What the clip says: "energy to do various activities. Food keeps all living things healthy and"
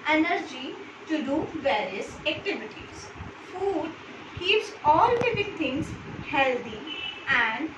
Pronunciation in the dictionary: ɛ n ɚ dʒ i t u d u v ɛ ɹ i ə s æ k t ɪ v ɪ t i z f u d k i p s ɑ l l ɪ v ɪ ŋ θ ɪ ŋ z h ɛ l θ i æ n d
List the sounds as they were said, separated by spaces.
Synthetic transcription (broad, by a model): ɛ n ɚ dʒ i t u d u v ɛ ɹ i ə s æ k t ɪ v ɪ t i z f u d k i p s ɑ l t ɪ p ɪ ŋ t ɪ ŋ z h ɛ l t i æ n d